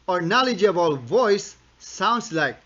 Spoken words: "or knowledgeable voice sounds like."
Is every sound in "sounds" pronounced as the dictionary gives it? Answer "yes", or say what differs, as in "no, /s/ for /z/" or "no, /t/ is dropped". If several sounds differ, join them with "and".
no, /s/ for /z/